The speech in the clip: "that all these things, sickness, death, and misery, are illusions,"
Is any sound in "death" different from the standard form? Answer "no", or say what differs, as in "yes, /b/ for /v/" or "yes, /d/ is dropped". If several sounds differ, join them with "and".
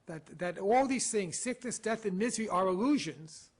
no